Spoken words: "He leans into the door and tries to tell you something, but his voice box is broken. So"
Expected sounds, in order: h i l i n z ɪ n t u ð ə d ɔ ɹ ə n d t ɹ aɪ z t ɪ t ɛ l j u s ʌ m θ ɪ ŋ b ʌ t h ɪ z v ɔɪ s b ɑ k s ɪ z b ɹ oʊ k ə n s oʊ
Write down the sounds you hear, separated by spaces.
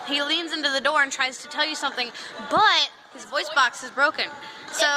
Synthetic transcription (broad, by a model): h i l i n z ɪ n t u ð ə d ɔ ɹ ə n t ɹ aɪ z t ɪ t ɛ l j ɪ s ʌ m θ ɪ ŋ b ʌ t h ɪ z v ɔɪ s b ɑ k s ɪ z b ɹ oʊ k ə n s oʊ